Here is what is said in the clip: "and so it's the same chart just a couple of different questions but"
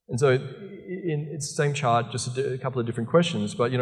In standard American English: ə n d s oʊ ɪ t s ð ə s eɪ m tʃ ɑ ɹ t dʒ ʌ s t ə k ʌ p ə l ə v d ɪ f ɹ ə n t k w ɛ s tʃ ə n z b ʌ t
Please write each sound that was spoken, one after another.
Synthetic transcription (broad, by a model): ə n s oʊ ɪ t s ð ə s eɪ m tʃ ɑ ɹ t dʒ ʌ s t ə k ʌ p l ə v d ɪ f ɹ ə n k w ɛ s tʃ ə n z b ʌ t